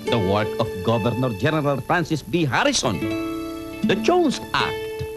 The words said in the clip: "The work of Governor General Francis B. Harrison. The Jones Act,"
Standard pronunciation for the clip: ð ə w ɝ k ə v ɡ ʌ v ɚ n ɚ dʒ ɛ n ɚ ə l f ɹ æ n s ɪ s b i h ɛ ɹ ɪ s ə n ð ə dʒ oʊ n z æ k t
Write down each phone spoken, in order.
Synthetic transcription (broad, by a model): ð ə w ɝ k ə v ɡ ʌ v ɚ n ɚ dʒ ɛ n ɚ ə l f ɹ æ n s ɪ s b i h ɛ ɹ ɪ s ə n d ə tʃ oʊ z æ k t